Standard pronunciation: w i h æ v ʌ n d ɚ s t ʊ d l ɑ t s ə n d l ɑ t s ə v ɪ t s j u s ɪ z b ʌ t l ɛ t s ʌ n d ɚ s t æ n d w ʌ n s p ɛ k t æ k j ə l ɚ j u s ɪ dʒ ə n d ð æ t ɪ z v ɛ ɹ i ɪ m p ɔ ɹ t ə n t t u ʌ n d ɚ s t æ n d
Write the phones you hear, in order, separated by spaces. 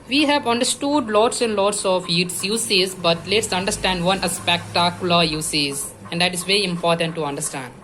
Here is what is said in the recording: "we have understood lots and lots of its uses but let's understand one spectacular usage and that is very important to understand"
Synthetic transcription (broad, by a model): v i h æ v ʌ n d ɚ s t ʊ d l ɑ t s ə n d l ɑ t s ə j ɪ t s j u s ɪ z b ʌ t l ɛ t s ʌ n d ɚ s t æ n d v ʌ n s p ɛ k t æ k j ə l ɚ j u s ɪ z ə n d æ t ɪ z v ɛ ɹ i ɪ m p ɔ ɹ t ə n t t u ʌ n d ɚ s t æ n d